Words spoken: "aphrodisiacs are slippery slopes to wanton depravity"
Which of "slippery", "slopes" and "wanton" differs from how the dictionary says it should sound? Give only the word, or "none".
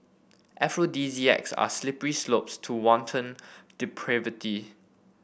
none